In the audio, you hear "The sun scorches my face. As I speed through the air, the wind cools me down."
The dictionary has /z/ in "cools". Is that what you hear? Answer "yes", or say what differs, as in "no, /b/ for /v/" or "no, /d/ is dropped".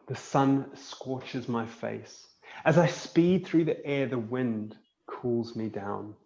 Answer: yes